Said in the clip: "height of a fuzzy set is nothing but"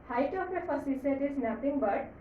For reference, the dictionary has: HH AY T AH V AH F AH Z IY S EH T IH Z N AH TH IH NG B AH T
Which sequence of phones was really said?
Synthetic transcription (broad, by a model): HH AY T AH P AH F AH S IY S EH T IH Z N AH T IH NG B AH T